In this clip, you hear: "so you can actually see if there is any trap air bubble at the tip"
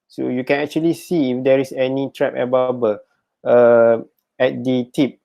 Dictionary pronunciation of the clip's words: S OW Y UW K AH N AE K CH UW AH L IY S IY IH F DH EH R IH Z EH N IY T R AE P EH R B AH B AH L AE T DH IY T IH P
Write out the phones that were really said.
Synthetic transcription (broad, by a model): S OW Y UW K AH N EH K CH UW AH L IY S IY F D EH R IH S EH N IY T R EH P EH B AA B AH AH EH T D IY T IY P